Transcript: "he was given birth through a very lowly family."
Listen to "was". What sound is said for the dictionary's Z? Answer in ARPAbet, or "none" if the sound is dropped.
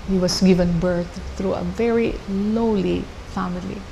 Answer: S